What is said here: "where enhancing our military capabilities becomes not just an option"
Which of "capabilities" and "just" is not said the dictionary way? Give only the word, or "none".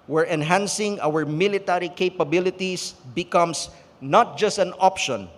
capabilities